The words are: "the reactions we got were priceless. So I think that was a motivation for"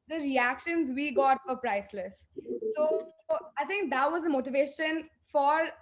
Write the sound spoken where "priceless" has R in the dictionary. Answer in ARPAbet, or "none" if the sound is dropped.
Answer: R